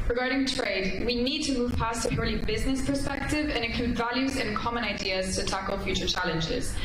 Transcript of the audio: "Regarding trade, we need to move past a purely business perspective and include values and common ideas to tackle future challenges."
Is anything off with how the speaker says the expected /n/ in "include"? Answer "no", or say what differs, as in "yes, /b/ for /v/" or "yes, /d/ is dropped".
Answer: yes, /n/ is dropped